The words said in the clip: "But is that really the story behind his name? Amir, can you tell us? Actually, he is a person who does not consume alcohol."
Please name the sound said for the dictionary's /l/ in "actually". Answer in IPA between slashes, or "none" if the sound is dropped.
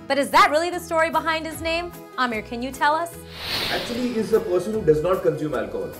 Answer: none